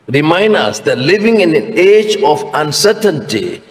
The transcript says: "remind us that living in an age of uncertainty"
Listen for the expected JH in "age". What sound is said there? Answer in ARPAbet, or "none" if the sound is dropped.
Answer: JH